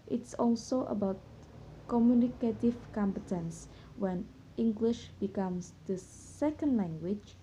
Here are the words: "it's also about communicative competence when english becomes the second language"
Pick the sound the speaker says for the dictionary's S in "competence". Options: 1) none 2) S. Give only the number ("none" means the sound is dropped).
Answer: 2